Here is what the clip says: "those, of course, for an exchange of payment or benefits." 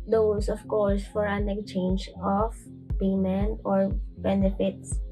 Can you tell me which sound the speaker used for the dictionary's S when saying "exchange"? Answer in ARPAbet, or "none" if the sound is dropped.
none